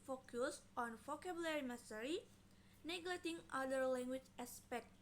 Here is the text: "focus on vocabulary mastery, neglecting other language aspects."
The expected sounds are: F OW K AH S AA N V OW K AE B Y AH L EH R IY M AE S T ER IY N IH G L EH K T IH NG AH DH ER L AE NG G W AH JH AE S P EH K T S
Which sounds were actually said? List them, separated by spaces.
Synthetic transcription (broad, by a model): F OW K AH S AA N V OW K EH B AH L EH R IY M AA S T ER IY N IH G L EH T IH NG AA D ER L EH NG G W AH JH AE S P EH K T